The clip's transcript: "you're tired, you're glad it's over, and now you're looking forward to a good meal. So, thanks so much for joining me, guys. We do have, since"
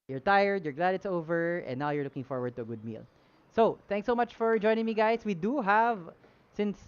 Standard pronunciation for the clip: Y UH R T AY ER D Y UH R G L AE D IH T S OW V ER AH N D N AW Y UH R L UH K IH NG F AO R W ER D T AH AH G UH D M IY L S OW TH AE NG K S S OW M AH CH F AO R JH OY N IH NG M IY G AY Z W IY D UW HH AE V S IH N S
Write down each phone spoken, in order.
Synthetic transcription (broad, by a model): Y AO R T AY ER D Y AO R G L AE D IH T S OW V ER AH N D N AW Y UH R L UH K IH NG F AO R W ER D T AH AH G UH D M IY L S OW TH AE NG K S S OW M AH CH F AO R JH OY N IH NG M IY G AY S W IY D UW HH AE V S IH N S